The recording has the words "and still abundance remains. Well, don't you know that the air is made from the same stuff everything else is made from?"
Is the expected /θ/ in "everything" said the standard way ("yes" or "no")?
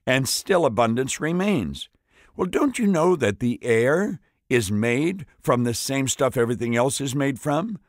yes